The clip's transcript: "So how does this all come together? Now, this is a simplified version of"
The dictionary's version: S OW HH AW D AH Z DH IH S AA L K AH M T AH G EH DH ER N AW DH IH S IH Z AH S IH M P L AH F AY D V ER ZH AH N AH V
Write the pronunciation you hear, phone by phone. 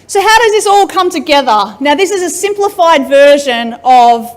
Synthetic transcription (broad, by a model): S OW HH AW D AH Z DH IH S AA L K AH M T AH G EH DH ER N AW DH IH S IH Z AH S IH M P L AH F AY D V ER ZH AH N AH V